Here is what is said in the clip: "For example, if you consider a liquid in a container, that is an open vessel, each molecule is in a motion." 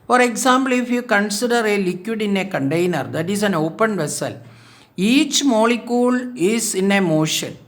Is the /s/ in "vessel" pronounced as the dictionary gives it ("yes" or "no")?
yes